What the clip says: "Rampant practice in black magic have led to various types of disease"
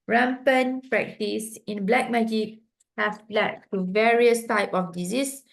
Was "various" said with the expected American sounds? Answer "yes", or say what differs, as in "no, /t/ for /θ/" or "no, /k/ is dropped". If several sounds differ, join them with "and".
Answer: yes